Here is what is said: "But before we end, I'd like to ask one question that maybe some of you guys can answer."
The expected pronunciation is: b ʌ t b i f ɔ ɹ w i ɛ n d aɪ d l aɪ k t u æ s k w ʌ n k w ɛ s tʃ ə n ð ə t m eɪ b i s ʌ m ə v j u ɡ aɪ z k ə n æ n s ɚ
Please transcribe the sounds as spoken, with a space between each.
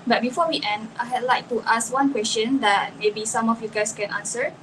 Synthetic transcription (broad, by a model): b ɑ t b i f ɔ w i ɛ n d aɪ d l aɪ k t u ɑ s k w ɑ n k w ɛ s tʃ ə n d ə t m eɪ b i s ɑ m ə f j u ɡ aɪ s k ə n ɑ n s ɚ